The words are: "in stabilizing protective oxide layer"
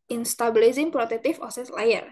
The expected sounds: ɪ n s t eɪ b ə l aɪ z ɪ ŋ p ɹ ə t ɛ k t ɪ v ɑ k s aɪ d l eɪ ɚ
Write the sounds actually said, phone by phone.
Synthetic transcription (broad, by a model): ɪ n s t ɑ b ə l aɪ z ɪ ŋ p ɹ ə t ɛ k t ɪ f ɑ s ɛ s l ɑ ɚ